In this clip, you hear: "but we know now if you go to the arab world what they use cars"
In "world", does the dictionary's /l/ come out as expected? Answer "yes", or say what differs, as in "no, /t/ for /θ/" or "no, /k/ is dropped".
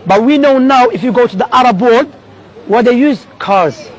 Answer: no, /l/ is dropped